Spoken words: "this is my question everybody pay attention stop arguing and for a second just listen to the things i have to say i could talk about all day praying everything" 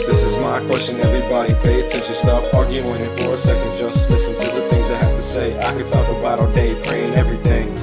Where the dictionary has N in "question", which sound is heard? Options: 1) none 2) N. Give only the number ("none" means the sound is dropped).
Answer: 2